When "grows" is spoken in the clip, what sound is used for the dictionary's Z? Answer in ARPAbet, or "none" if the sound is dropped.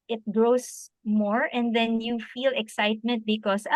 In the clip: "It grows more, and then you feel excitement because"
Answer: S